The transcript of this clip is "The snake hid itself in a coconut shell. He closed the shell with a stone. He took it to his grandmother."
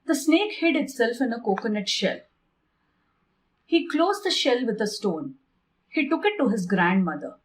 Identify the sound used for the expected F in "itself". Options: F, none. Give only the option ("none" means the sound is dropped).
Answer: F